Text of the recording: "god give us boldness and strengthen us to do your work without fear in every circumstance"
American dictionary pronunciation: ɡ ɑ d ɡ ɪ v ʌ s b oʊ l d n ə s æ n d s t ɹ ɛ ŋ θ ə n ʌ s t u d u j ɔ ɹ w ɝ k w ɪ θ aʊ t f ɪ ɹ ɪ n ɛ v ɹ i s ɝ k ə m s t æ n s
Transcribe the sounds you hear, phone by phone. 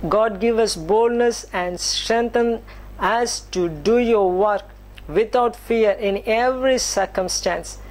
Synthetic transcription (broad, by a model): ɡ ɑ d ɡ ɪ v ʌ s b oʊ l d n ə s æ n d s t ɹ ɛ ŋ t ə n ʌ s t u d u j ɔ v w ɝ k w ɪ t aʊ t f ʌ ɹ ɪ n ɛ v ɹ i s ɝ k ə m s t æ n s